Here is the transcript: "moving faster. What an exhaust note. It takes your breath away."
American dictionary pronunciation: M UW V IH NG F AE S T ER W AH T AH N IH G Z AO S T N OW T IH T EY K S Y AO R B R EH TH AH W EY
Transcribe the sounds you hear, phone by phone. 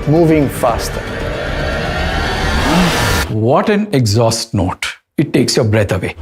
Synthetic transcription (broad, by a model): M UW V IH NG F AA S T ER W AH T AH N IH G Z AO S T N OW T IH T EY K S Y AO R B R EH T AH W EY